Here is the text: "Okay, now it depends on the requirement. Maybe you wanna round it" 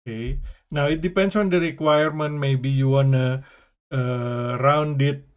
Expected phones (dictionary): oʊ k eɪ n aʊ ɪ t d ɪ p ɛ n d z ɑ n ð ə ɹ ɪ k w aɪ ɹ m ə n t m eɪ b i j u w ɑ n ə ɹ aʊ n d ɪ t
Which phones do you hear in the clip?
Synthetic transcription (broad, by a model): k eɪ n aʊ ɪ t d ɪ p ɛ n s ɑ n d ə ɹ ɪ k w aɪ ɹ m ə n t m eɪ b i j u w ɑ n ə ɹ aʊ n d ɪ t